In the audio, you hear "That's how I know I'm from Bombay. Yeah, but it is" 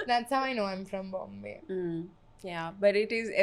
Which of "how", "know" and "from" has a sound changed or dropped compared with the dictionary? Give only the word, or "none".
none